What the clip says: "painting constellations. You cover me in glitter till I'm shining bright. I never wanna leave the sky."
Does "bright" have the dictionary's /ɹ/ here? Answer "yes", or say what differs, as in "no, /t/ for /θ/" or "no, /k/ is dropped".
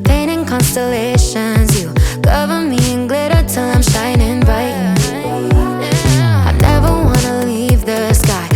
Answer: no, /ɹ/ is dropped